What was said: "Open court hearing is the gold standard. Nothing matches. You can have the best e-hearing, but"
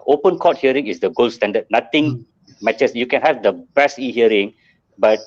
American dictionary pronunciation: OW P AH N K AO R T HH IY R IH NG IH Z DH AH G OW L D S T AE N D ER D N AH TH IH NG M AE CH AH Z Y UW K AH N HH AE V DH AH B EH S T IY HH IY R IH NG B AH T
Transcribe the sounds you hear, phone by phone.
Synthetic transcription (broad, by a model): OW P AH N K AO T HH IY R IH NG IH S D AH G OW L S T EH N D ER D N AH T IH NG M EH CH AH S Y UW K AH N HH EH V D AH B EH S IY HH IY R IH NG B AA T